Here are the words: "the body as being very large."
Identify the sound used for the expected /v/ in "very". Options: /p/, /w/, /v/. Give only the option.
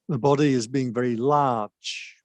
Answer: /v/